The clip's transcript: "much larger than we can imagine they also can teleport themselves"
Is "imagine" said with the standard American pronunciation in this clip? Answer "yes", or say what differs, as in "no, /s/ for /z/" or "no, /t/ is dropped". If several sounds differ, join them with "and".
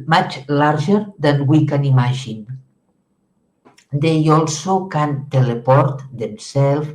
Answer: no, /ʒ/ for /dʒ/